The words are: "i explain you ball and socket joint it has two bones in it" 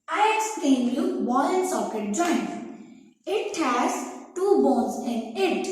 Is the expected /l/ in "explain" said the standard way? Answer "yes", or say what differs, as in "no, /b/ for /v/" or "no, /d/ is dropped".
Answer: no, /l/ is dropped